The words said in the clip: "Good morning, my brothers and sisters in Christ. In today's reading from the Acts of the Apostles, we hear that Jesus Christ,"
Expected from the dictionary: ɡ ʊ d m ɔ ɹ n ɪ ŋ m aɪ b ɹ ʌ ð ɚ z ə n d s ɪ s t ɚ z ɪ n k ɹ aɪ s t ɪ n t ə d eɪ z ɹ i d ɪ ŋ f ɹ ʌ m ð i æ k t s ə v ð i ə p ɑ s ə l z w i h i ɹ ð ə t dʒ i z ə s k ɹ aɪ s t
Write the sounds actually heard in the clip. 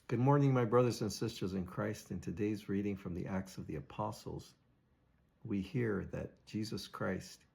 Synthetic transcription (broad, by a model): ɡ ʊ d m ɔ ɹ n ɪ ŋ m aɪ b ɹ ʌ ð ɚ z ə n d s ɪ s t ɚ z ɪ n k ɹ aɪ s t ɪ n t ə d eɪ z ɹ i d ɪ ŋ f ɹ ʌ m ð i æ k t s ə v ð i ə p ɑ s l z w i h i ɹ ð ə t dʒ i z ə s k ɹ aɪ s t